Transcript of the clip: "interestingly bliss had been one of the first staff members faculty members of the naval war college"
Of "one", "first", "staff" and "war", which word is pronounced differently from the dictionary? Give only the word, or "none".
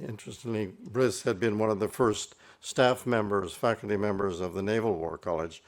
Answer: none